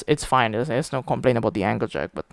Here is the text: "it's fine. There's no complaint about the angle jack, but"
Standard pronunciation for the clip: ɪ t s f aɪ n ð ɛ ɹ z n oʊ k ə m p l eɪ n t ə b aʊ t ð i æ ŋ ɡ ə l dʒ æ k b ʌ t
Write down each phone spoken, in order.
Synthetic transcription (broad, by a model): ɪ t s f aɪ n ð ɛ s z n oʊ k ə m p l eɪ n ə b aʊ t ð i æ ŋ ɡ ə l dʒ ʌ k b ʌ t